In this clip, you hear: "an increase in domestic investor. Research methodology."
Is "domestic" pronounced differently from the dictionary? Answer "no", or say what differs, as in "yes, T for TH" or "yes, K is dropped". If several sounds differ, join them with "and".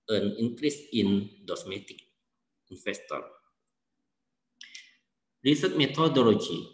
yes, S is dropped